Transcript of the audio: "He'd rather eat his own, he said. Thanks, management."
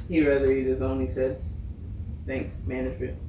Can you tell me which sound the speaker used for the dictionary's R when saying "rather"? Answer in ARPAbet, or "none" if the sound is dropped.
R